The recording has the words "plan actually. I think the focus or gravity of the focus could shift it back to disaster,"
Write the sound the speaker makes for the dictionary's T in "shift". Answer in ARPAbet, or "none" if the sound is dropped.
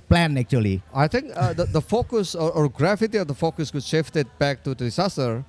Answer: T